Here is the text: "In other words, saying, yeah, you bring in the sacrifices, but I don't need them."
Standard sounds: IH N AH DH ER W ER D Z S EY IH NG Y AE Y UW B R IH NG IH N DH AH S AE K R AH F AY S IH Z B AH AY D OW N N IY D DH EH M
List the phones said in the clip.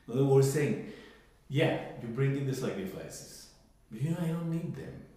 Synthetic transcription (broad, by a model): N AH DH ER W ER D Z S EY IH NG Y AE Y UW B R IH NG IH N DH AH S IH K AH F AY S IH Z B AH AY D OW N N IY D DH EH M